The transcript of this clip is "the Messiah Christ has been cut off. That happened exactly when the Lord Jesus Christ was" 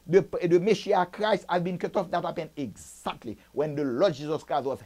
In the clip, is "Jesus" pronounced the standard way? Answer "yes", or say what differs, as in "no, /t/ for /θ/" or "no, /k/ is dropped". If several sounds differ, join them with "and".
yes